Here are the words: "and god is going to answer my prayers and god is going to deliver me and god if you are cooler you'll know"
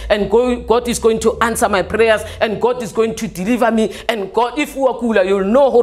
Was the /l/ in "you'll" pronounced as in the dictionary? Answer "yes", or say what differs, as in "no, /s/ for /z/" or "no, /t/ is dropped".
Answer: yes